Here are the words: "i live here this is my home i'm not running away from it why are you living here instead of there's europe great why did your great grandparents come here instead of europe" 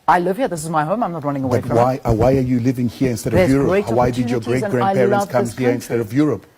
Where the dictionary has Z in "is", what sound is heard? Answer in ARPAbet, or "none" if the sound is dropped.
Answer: Z